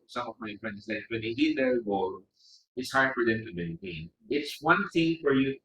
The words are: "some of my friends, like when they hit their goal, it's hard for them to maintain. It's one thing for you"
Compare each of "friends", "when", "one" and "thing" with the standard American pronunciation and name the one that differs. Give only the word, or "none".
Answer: friends